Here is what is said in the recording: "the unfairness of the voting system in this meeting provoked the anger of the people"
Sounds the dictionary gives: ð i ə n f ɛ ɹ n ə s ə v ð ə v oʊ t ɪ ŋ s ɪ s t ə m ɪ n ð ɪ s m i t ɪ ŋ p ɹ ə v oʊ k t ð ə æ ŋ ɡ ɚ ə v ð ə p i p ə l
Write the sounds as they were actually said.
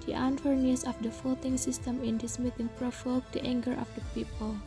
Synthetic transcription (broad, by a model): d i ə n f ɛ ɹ n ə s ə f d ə f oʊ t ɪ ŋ s ɪ s t ə m ɪ n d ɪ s m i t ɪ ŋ p ɹ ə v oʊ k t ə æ ŋ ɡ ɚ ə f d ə p i p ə l